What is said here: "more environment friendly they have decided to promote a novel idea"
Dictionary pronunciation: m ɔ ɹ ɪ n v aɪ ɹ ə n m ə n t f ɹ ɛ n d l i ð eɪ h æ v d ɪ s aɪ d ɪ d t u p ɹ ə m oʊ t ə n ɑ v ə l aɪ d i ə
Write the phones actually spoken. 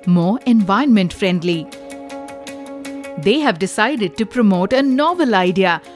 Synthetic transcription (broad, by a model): m ɔ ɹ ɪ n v aɪ ə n m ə n t f ɹ ɛ n d l i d eɪ h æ v d ɪ s aɪ d ɪ d t u p ɹ ə m oʊ t ə n ɑ v ə l aɪ d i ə